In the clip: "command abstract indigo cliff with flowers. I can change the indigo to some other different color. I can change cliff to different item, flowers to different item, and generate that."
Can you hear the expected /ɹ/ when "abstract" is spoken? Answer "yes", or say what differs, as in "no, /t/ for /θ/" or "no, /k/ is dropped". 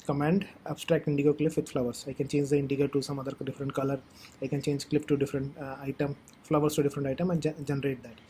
yes